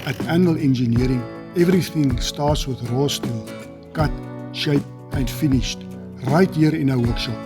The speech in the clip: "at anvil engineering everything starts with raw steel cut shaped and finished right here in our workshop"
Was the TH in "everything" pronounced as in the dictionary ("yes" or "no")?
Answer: yes